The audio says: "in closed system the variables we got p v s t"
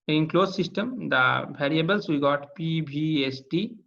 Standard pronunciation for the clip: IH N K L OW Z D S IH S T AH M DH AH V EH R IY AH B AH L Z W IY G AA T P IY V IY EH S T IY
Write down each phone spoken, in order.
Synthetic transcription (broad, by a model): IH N K L OW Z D S IH S T AH M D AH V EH R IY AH B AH L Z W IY G AA T P IY B IY EH S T IY